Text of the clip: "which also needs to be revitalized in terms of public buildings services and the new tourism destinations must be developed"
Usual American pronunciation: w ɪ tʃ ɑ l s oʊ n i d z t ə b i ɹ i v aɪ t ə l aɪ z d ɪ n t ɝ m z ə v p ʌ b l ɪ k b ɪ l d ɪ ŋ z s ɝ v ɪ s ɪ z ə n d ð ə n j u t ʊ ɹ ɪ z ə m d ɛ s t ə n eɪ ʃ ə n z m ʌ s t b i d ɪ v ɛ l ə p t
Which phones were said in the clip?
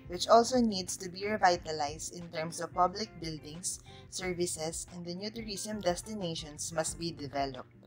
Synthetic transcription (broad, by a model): w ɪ tʃ ɑ l s oʊ n i d s t ə b i ɹ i v aɪ t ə l aɪ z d ɪ n t ɝ m s ə v p ʌ b l ɪ k b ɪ l d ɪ ŋ s ɝ v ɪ s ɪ s ə n d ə n j u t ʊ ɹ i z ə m d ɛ s t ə n eɪ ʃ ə n s m ʌ s t b i d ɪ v ɛ l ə p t